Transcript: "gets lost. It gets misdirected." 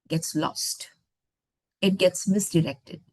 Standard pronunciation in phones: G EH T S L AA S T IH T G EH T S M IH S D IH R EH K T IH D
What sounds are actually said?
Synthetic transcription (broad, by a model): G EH T S L AA S T IH T G EH T S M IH S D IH R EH K T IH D